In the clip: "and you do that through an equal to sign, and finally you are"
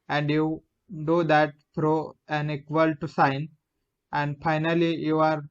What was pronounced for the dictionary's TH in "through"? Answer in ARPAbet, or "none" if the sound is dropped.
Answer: F